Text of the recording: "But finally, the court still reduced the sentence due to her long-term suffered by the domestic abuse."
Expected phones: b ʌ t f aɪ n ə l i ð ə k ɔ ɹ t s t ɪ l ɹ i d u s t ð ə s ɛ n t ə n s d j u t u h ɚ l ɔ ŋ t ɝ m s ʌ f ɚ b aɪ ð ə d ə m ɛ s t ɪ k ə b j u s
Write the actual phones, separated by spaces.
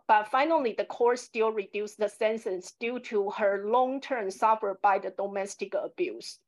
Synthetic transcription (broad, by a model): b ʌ t f aɪ n ə l i ð ə k ɔ ɹ s t ɪ l ɹ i d u s ð ə s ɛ n s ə n s d j u t u h ɚ l ɔ ŋ t ɝ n s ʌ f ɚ b aɪ ð ə d ə m ɛ s t ɪ k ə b j u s